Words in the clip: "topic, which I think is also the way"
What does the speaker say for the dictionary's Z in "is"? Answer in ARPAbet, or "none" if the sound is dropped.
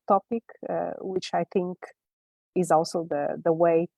Z